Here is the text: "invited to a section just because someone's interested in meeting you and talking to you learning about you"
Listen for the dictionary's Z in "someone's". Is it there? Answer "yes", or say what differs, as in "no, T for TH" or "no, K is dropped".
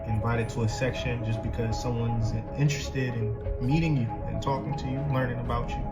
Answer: yes